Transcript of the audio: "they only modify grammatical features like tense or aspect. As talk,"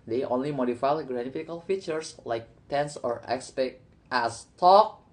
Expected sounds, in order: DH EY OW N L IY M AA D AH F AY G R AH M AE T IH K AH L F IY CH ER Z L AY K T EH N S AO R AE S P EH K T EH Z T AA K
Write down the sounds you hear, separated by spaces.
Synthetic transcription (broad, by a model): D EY OW N L IY M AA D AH F AY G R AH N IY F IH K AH L F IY CH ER S L AY K T EH N S AO R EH S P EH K T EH S T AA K